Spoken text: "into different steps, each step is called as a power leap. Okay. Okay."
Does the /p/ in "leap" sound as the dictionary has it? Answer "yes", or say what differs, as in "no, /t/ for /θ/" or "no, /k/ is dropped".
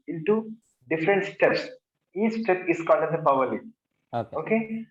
no, /p/ is dropped